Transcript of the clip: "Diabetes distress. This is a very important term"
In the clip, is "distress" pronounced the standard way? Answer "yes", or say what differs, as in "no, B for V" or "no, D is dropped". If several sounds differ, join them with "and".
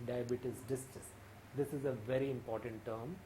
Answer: no, R is dropped